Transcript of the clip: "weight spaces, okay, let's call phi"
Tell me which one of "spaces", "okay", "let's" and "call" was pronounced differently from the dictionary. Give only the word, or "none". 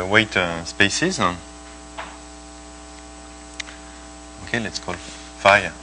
none